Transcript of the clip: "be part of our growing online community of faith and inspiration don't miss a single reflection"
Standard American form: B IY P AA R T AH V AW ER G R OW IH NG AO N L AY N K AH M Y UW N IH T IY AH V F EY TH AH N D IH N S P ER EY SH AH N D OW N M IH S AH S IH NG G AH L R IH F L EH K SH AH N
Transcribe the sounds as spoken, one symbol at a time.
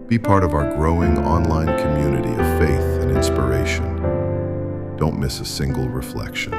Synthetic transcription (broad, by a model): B IY P AA R T AH V AW ER G R OW IH NG AO N L AY N K AH M Y UW N IH T IY AH V F EY TH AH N IH N S P ER EY SH AH N D OW N M IH S AH S IH NG G L R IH F L EH K SH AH N